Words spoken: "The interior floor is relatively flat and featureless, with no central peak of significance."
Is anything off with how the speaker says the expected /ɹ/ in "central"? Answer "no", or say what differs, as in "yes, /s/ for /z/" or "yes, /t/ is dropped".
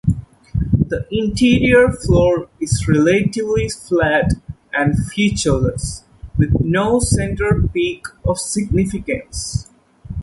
yes, /ɹ/ is dropped